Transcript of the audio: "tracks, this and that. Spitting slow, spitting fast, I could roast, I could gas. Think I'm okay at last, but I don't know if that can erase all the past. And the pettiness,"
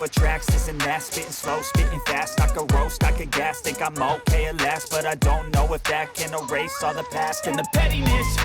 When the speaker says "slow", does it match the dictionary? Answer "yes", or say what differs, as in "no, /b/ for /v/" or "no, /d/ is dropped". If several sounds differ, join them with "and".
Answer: yes